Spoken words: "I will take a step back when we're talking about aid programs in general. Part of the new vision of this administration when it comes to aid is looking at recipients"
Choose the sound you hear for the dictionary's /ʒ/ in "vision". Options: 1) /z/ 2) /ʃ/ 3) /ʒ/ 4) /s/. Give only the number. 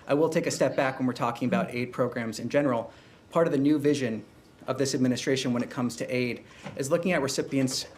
3